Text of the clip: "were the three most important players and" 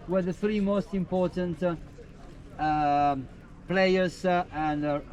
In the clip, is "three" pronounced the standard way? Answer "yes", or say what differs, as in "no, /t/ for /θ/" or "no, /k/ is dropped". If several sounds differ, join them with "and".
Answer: yes